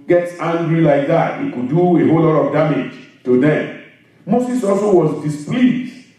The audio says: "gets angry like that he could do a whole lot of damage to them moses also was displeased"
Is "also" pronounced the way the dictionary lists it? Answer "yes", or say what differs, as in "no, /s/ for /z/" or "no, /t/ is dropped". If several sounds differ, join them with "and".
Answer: yes